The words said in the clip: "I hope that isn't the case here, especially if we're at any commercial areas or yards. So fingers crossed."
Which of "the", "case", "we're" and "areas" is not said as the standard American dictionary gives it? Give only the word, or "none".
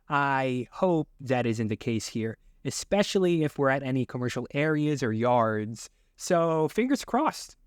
none